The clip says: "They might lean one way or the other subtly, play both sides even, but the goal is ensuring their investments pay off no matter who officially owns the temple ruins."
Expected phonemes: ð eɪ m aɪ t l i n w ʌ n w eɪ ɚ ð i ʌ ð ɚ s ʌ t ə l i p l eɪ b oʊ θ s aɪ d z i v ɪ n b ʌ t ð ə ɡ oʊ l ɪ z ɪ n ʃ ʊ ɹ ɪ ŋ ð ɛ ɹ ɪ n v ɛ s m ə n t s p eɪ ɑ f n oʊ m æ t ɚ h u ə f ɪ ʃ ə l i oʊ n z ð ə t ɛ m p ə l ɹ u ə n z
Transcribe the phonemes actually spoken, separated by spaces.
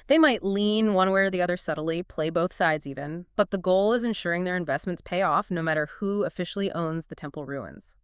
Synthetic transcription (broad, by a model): ð eɪ m aɪ t l i n w ʌ n w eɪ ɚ ð i ʌ ð ɚ s ʌ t l i p l eɪ b oʊ θ s aɪ d z i v ɪ n b ʌ t ð ə ɡ oʊ l ɪ z ɪ n ʃ ʊ ɹ ɪ ŋ ð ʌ ɹ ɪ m v ɛ s m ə n t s p eɪ ɑ f n oʊ m æ t ɚ h u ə f ɪ ʃ l i oʊ n z ð ə t ɛ m p l ɹ u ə n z